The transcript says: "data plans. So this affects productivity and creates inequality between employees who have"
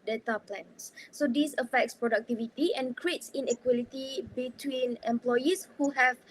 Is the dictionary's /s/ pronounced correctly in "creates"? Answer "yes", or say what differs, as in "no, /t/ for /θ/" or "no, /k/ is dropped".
yes